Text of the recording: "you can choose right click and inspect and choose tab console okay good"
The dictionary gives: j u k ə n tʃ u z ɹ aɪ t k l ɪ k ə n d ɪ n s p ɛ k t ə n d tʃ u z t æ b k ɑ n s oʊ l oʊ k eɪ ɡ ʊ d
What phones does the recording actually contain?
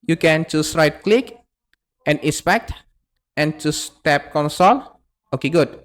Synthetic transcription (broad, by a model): j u k ə n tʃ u s ɹ aɪ t k l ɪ k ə n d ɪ s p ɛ k t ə n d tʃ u s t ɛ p k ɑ n s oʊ l oʊ k eɪ ɡ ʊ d